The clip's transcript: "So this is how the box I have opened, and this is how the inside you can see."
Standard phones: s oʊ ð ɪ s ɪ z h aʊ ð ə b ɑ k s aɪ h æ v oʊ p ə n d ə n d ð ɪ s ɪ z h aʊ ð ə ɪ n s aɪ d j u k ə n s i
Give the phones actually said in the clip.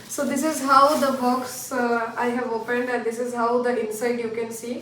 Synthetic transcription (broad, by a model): s oʊ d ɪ s ɪ z h aʊ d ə b ɑ k s aɪ h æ v oʊ p ə n d ə n d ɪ s ɪ z h aʊ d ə ɪ n s aɪ d j u k ə n s i